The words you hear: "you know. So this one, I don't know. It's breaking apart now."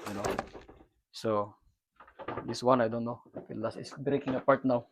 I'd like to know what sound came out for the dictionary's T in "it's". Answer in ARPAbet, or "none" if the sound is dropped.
S